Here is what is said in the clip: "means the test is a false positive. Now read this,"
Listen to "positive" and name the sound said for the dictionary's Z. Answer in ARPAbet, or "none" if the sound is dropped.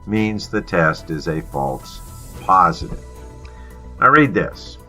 Z